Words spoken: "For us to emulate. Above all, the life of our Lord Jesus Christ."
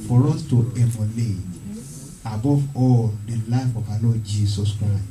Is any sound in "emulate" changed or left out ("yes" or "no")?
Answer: yes